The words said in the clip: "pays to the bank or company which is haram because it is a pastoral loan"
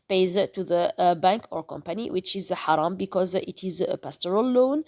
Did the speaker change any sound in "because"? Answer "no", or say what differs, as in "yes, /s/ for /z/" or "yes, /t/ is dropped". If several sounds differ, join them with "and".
no